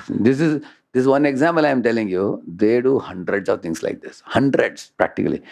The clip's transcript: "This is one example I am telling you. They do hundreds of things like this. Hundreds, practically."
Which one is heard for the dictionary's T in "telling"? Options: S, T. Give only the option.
T